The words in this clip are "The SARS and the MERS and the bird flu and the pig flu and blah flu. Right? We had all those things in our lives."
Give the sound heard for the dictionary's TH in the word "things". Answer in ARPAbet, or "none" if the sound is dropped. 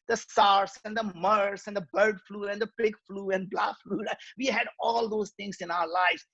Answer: T